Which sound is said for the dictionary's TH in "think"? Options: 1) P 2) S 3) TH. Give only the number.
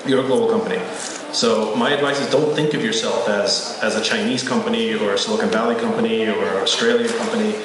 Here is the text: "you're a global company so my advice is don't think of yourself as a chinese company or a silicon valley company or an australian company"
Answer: 3